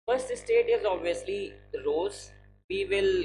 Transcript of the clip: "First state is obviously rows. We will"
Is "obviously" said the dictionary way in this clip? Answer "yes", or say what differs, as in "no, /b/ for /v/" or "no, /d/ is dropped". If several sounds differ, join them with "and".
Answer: yes